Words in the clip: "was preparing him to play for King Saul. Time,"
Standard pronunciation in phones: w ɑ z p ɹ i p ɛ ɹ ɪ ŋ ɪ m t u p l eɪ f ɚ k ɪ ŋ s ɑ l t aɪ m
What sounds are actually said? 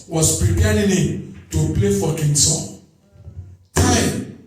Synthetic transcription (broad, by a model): w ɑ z p ɹ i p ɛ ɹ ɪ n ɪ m t u p l eɪ f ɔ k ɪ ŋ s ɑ n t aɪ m